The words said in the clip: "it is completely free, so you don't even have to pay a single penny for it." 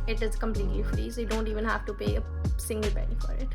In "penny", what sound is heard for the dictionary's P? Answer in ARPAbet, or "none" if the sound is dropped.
B